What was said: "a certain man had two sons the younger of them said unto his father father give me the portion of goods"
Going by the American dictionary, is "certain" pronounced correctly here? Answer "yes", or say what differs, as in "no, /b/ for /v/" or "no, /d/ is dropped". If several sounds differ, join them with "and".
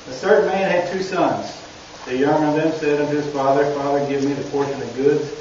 no, /θ/ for /s/